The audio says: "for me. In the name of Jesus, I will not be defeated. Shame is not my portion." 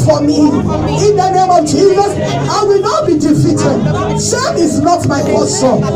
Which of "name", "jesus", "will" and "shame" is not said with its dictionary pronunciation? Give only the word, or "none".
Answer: shame